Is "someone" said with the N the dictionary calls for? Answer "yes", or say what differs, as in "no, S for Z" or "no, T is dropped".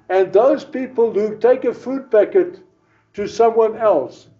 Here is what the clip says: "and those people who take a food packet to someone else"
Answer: yes